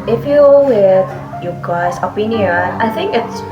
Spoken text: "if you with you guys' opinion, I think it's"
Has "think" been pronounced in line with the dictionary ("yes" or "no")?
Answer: yes